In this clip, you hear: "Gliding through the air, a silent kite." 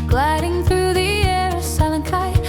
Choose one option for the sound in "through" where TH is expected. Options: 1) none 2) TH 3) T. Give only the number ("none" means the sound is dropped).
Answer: 2